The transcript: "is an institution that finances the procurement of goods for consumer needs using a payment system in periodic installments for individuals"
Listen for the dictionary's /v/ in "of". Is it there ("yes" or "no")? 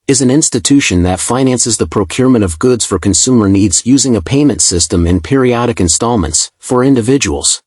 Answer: yes